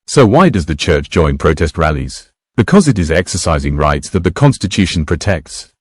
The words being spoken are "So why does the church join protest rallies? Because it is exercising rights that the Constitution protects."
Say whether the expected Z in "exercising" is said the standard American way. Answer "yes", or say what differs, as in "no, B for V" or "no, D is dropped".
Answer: yes